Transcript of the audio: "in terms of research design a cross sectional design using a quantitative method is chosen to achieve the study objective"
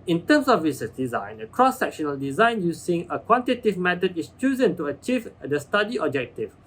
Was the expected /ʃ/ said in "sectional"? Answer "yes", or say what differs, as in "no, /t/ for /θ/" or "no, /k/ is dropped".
yes